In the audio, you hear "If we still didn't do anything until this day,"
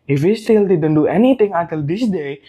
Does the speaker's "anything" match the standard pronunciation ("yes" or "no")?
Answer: no